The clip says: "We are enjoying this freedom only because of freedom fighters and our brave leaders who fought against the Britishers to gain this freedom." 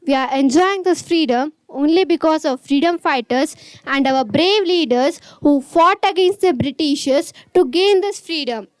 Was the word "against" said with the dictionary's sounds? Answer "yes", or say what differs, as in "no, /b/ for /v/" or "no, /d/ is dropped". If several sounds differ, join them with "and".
yes